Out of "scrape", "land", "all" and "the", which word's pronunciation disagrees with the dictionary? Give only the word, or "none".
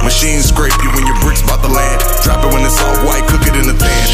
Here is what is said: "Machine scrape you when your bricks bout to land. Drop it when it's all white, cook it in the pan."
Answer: land